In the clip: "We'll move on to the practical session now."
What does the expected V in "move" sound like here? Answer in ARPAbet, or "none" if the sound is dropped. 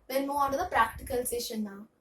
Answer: none